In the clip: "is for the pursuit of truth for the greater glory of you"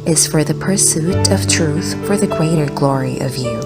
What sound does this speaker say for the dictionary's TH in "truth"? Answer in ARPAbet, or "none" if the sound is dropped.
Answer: TH